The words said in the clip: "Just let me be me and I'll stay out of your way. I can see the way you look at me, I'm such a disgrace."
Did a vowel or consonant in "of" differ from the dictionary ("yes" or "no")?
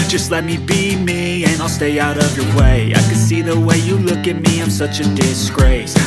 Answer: no